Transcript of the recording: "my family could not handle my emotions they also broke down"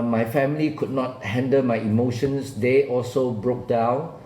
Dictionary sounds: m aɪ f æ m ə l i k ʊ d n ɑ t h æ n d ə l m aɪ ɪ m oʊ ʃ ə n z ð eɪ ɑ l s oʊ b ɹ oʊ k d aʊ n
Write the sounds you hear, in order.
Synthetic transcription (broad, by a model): m aɪ f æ m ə l i k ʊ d n ɑ t h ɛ n d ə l m aɪ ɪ m oʊ ʃ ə n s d eɪ ɑ l s oʊ b ɹ oʊ k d aʊ n